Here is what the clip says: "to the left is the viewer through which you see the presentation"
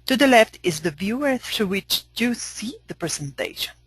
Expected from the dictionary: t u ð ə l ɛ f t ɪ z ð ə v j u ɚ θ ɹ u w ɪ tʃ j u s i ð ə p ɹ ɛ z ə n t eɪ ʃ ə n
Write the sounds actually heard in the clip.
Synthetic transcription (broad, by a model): t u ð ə l ɛ f t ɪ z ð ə v j u ɚ θ ɹ u w ɪ tʃ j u s i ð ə p ɹ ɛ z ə n t eɪ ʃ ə n